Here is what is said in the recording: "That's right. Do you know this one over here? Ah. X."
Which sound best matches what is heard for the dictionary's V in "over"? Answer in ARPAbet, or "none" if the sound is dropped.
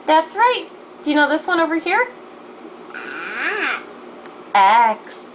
V